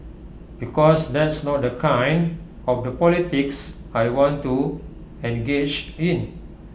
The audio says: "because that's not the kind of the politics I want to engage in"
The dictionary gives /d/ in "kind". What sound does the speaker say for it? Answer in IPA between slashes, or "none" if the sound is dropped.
/d/